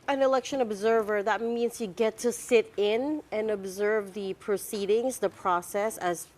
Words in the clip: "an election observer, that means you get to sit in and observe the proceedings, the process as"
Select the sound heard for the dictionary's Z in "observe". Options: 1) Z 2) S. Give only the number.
1